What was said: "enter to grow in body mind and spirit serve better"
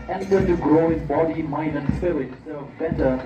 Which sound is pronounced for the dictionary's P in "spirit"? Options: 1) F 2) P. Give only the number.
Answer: 1